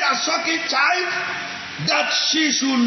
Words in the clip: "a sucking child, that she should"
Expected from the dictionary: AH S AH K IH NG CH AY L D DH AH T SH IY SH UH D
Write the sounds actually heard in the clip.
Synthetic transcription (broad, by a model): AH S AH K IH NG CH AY D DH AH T SH IY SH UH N